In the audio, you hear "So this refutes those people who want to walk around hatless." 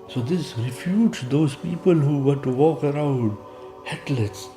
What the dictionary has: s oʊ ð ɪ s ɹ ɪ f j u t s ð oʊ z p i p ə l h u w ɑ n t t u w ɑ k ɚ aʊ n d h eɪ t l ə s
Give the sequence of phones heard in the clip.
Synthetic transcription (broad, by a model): s oʊ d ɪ s ɹ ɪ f j u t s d oʊ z p i p ə l h u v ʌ t t u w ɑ k ɚ aʊ n d h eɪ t l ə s